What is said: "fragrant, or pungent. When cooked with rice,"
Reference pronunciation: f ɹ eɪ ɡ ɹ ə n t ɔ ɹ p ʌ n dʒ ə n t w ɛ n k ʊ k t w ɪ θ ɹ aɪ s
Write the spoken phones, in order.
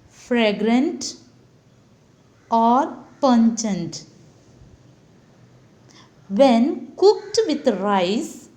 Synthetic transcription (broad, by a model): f ɹ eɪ ɡ ɹ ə n t ɔ ɹ p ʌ n tʃ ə n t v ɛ n k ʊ k t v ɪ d ɹ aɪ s